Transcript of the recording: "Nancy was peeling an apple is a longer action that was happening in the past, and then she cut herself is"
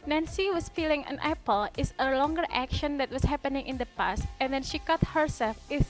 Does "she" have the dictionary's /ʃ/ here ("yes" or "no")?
yes